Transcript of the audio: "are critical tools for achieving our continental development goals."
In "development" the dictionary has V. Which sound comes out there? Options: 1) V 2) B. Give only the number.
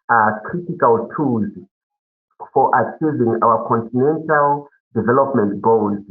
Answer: 1